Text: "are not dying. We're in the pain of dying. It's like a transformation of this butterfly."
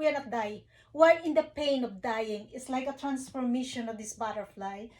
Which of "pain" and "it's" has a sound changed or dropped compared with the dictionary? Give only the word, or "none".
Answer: none